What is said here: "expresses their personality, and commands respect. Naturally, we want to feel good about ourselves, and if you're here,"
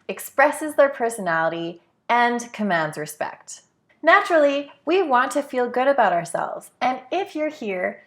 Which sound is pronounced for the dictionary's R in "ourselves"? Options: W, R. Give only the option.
R